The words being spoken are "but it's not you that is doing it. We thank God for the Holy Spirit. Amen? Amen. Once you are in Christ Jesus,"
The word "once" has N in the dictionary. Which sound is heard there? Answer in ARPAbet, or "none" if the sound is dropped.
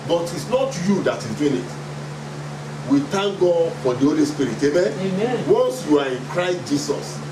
none